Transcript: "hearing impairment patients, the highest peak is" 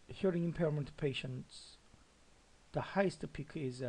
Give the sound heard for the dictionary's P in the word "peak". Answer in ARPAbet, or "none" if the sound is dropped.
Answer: P